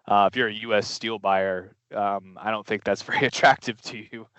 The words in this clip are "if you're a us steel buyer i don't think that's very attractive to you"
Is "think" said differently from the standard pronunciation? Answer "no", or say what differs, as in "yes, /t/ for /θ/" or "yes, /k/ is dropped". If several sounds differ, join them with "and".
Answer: no